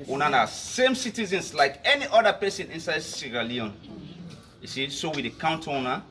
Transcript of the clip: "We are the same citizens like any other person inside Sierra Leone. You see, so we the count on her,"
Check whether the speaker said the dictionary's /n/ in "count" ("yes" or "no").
yes